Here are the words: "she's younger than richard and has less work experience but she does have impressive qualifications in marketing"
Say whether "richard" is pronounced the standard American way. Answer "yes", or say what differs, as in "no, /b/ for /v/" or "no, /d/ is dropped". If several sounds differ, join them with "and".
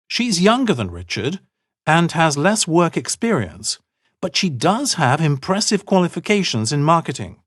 yes